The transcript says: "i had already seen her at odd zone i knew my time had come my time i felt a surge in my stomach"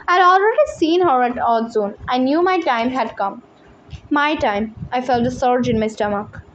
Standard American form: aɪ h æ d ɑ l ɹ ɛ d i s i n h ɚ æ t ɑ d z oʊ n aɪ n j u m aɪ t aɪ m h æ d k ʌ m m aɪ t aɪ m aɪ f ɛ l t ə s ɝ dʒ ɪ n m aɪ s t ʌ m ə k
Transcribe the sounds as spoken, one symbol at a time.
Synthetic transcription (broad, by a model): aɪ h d ɑ l ɹ ɛ d i s i n h ɚ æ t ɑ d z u n aɪ n j u m aɪ t aɪ m h æ d k ʌ m m aɪ t aɪ m aɪ f ɛ l t ə s ɝ dʒ ɪ n m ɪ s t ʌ m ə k